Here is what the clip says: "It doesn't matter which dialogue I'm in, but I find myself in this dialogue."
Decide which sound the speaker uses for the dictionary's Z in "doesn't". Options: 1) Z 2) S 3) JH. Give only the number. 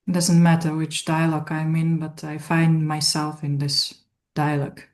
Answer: 1